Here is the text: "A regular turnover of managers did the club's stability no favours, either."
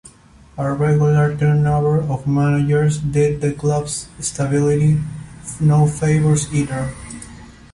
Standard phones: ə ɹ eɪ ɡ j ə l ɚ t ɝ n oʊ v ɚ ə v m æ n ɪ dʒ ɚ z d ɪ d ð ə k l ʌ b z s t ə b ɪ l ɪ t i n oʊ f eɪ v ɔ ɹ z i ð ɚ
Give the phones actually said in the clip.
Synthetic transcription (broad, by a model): ə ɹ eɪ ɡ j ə l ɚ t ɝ n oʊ b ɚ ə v m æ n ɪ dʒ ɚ s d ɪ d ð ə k l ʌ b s s t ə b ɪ l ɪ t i n oʊ f eɪ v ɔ ɹ s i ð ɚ